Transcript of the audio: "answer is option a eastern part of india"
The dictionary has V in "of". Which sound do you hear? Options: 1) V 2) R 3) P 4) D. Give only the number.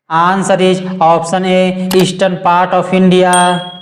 3